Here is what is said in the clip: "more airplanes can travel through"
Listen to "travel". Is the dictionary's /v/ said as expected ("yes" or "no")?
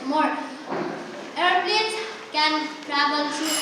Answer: no